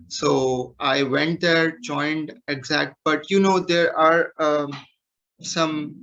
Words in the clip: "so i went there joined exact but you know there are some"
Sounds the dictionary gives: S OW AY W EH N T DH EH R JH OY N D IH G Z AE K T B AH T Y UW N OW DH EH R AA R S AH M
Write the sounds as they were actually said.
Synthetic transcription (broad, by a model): S OW AY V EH N T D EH R JH OY N D IH G Z AE K T B AH T Y UW N OW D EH R AA R S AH M